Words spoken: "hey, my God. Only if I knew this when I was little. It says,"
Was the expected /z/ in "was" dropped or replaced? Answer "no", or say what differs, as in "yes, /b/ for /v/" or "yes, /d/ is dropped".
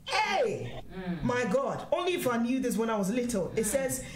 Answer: no